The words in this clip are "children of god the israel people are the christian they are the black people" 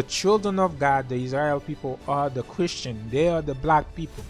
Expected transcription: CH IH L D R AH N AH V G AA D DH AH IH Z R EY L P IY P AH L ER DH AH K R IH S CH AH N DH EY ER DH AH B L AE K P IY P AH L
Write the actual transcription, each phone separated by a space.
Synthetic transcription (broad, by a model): CH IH L D R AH N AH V G AA D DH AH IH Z R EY L P IY P AH L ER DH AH K R IH S CH AH N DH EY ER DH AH B L AE K P IY P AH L